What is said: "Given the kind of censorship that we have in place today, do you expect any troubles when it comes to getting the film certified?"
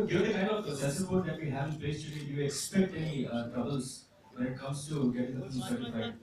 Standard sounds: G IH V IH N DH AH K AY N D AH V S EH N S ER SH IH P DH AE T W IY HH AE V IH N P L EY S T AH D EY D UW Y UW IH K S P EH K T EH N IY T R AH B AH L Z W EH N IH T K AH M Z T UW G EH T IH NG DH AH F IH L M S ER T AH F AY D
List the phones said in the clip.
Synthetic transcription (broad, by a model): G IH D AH K AY N D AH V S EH S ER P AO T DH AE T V IY HH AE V IH N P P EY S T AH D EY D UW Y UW IH K S P EH K T EH N IY T R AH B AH L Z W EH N IH T K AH M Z T UW G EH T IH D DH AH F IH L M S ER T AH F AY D